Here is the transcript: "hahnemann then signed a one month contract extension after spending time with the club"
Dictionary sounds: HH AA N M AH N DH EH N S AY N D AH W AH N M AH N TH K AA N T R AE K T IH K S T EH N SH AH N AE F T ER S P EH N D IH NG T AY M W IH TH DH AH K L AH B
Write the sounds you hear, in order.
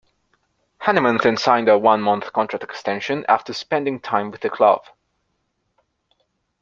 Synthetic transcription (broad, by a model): HH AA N M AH N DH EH N S AY N D AH W AH N M AH N TH K AA N T R AE K T IH K S T EH N SH AH N AE F T ER S P EH N D IH NG T AY M W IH DH AH K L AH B